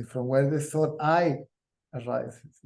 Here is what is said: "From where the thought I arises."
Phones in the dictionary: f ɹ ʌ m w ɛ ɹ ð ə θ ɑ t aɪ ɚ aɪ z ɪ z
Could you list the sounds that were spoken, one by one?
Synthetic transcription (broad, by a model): f ɹ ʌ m w ɛ ɹ ð ə s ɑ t aɪ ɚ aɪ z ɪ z